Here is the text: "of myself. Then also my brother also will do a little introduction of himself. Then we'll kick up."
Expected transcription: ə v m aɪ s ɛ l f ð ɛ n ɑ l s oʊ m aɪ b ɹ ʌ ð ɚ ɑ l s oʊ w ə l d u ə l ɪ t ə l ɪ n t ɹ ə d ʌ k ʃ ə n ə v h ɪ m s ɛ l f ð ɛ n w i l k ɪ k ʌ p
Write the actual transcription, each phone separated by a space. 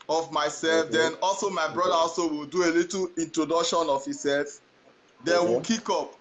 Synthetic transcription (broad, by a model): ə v m aɪ s ɛ l f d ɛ n ɑ l s oʊ m aɪ b ɹ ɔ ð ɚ ɑ l s oʊ w ə l d u ə l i t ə n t ɹ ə d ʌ k ʃ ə n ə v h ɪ s ɛ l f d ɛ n w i k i k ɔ p